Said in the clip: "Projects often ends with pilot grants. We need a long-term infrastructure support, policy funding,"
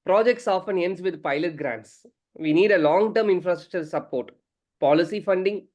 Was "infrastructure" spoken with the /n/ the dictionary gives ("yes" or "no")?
yes